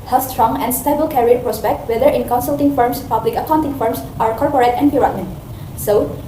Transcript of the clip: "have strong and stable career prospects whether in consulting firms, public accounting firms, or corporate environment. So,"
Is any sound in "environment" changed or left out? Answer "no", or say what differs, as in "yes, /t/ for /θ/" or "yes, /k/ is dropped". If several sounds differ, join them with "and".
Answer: yes, /p/ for /v/